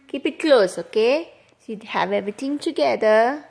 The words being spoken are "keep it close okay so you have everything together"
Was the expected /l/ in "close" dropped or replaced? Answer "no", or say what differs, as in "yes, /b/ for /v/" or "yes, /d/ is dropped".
no